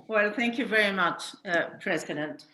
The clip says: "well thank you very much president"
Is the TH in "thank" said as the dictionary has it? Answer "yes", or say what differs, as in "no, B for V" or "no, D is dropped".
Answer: yes